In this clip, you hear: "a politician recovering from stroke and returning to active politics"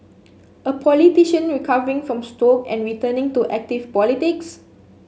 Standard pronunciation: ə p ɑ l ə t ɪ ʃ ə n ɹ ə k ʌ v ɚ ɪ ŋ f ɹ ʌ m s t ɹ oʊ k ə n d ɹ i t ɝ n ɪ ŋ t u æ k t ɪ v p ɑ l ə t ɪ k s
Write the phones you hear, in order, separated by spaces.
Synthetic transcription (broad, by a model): ə p ɑ l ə t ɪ ʃ ə n ɹ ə k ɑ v ɚ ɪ ŋ f ɹ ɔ m s t oʊ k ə n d ɹ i t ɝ n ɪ ŋ t u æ k t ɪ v p ɑ l ə t ɪ k s